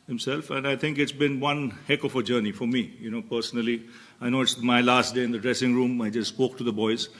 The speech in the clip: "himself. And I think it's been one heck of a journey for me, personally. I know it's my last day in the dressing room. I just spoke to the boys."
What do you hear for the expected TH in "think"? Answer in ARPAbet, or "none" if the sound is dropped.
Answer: T